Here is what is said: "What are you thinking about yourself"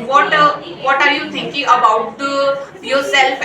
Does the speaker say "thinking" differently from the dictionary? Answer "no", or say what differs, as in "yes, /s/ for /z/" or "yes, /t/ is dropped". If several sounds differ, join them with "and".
yes, /t/ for /θ/